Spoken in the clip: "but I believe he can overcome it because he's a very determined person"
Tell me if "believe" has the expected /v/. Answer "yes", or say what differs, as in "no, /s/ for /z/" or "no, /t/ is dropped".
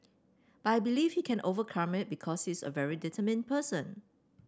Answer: no, /f/ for /v/